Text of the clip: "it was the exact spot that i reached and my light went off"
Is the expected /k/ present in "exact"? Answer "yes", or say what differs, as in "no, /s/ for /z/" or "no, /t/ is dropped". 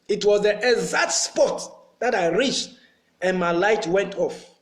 no, /k/ is dropped